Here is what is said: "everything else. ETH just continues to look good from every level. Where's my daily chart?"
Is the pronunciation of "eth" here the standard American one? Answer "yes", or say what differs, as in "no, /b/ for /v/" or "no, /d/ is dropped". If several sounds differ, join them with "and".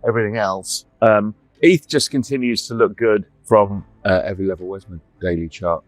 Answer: yes